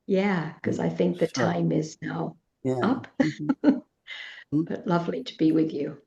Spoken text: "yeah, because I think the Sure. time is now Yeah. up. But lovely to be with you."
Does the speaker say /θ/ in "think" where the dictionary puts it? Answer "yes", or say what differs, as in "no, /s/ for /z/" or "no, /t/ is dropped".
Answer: yes